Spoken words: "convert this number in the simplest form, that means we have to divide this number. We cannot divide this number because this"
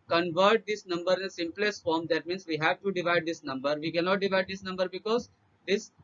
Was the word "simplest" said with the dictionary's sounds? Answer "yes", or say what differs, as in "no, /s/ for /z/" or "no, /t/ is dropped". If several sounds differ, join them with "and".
yes